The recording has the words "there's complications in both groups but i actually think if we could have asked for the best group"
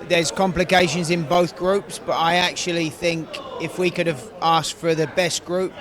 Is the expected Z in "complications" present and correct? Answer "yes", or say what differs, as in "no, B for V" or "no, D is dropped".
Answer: yes